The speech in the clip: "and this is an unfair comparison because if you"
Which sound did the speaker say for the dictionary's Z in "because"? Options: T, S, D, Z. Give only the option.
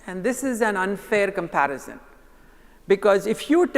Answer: Z